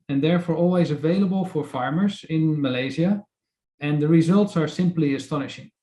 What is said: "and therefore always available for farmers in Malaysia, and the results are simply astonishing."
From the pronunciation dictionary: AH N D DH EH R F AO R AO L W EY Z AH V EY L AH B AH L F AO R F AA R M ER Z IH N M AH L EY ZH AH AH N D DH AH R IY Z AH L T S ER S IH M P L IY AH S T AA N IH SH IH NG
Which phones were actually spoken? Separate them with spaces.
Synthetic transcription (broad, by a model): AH N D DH EH R F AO R AO L W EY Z AH V EY L AH B AH L F AO R F AA R M ER Z IH N M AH L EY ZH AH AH N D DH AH R IY Z AH L T S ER S IH M P L IY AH S T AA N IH SH IH NG